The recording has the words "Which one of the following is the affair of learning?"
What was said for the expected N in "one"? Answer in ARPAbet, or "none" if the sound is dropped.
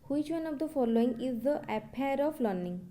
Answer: N